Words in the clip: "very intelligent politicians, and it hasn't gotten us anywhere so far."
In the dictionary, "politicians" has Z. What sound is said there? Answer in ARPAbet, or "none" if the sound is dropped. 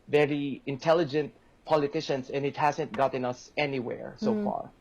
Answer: S